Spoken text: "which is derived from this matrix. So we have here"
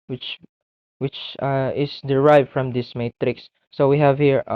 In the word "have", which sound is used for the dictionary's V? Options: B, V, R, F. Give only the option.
V